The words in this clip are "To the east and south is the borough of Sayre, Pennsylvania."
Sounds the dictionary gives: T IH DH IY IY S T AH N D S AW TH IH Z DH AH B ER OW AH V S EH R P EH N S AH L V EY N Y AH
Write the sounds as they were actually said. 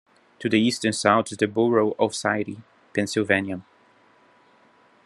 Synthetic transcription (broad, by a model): T IH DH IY IY S T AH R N S AW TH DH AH B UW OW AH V S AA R P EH N S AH L V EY N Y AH